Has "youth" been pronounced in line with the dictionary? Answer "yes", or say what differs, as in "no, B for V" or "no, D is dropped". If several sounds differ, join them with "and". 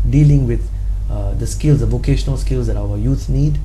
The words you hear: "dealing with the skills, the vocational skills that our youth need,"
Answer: no, S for TH